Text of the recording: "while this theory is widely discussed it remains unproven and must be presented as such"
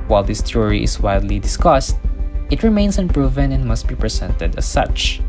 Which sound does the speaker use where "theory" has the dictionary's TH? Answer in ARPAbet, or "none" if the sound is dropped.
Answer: T